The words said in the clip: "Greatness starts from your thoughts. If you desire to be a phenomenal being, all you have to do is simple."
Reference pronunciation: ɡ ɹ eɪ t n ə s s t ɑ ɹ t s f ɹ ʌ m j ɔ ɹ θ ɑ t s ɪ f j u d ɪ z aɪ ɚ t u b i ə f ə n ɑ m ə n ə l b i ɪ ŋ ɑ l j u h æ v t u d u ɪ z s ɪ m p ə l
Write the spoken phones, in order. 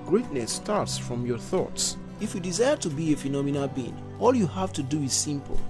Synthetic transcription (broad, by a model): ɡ ɹ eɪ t n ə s s t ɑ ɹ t s f ɹ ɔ m j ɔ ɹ θ ɑ t s ɪ f j u d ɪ z aɪ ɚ t u b i ə f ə n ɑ m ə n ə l b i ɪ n ɑ l j u h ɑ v t u d u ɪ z s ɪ m p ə l